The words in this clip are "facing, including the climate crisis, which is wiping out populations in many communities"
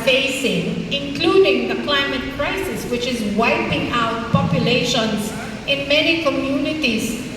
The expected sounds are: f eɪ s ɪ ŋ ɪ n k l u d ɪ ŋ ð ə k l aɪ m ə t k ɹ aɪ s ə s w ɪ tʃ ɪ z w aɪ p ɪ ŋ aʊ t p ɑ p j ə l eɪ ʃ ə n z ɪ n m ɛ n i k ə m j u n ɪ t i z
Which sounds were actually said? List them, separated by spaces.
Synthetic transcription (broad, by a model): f eɪ s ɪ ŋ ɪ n k l u d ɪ ŋ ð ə k l aɪ m ə t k ɹ aɪ s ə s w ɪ tʃ ɪ z w aɪ p ɪ ŋ aʊ t p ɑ p j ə l eɪ ʃ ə n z ɪ n m ɛ n i k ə m j u n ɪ t i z